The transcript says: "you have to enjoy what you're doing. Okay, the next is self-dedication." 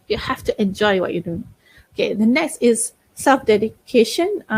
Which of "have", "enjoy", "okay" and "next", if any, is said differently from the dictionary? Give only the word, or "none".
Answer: have